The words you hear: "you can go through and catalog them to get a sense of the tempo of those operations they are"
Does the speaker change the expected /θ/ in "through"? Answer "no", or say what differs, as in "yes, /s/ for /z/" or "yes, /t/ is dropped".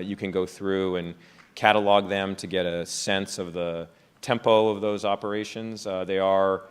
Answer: no